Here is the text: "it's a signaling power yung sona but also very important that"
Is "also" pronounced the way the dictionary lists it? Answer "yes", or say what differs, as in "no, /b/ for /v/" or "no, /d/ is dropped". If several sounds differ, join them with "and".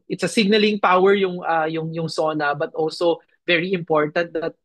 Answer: yes